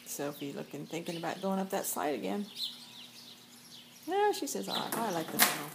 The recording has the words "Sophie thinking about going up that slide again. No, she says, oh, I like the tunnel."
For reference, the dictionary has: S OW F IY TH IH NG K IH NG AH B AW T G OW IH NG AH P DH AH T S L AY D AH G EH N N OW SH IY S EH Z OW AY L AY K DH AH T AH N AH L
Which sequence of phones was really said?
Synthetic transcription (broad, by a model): S OW F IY TH IH NG K IH NG AH B AW T G OW IH NG AH P DH AH T S AY D AH G EH N N OW SH IY S EH Z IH AY L AY K DH AH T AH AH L